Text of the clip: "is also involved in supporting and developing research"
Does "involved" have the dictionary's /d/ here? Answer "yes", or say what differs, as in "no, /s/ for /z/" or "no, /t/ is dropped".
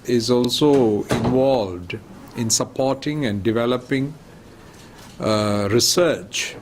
yes